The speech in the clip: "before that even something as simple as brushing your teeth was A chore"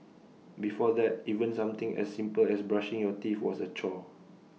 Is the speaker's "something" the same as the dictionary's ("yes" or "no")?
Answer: no